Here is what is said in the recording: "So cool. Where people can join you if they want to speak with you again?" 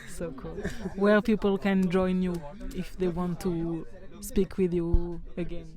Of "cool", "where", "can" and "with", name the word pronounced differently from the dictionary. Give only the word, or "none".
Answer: where